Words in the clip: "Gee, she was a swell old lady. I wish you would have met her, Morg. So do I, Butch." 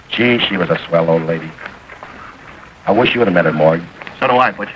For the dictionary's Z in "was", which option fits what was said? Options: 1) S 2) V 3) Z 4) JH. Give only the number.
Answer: 3